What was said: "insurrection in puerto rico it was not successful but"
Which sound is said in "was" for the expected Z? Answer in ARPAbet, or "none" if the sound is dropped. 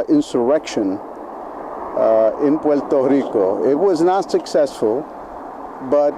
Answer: Z